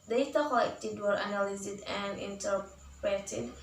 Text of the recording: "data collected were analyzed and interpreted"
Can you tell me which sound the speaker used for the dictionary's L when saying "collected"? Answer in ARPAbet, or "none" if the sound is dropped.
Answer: none